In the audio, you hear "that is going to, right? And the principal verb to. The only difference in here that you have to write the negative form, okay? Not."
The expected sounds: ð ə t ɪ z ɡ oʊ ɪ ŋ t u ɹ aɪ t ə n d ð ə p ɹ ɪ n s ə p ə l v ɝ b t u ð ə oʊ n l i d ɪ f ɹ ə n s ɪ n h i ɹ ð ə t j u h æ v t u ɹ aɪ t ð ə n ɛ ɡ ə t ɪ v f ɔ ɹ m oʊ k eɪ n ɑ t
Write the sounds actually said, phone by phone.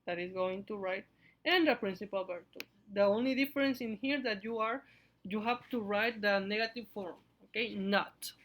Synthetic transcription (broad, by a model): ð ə t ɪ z ɡ oʊ ɪ ŋ t u ɹ aɪ t ə n d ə p ɹ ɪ n s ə p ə l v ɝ t u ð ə oʊ n l i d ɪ f ɹ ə n s ɪ n h i ɹ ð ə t j u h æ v t u ɹ aɪ t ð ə n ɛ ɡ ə t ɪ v f ɔ ɹ m oʊ k eɪ n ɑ t